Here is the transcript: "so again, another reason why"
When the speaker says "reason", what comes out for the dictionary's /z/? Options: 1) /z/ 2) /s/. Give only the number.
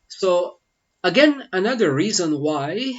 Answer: 1